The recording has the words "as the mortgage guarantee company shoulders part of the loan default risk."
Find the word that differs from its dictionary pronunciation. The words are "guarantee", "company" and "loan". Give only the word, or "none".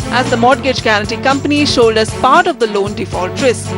guarantee